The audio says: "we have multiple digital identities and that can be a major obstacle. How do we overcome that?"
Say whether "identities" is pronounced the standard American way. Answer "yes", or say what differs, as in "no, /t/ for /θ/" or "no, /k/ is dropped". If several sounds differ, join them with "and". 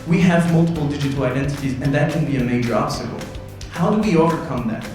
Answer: yes